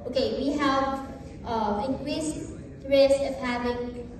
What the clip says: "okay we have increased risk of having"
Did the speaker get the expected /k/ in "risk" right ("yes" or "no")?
no